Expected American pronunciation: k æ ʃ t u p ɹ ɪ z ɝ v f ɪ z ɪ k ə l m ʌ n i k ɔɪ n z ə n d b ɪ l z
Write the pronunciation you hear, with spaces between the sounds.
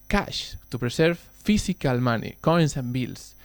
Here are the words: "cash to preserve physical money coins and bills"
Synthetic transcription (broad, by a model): k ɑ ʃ t u p ɹ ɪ s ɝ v f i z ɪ k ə l m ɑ n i k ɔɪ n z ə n b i l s